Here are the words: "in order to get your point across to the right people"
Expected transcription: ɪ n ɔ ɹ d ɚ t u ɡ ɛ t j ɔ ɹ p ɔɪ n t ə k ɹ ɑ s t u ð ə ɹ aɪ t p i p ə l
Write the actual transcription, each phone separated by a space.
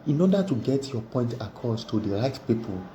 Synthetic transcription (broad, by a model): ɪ n ɔ d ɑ t u ɡ ɛ t j ɔ p ɔɪ n t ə k ɑ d t u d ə ɹ aɪ t p i p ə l